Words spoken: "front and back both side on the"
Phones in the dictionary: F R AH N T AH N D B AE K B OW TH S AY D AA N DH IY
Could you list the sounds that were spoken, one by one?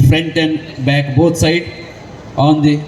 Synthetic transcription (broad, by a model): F R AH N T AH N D B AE K B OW T S AY D AA N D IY